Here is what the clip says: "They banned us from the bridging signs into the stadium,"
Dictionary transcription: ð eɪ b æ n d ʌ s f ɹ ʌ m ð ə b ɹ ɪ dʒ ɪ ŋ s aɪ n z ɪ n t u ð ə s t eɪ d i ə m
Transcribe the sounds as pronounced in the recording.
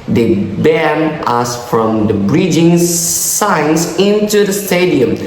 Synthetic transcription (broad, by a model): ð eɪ b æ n ʌ s f ɹ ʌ m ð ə b ɹ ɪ dʒ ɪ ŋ s aɪ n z ɪ n t u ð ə s t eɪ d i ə m